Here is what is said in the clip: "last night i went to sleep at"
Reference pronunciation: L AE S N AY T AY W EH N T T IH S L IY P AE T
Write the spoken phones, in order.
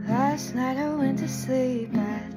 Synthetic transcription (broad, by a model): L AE S N AY T AY W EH N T T IH S L IY P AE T